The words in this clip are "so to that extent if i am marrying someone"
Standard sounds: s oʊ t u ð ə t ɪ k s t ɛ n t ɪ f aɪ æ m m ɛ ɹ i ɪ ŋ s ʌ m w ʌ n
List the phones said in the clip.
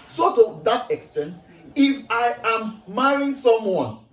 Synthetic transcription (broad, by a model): s oʊ t u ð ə t ɪ k s t ɛ n t ɪ f aɪ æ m m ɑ ɹ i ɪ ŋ s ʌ m w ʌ n